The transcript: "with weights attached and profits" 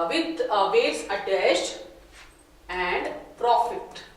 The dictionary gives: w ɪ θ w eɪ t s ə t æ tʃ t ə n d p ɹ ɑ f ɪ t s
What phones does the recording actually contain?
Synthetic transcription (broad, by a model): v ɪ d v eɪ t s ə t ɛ s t ə n d p ɹ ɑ f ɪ t